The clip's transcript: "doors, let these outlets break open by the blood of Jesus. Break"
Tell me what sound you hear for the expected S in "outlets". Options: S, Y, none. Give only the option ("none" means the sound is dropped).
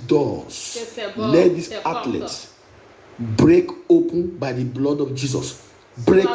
none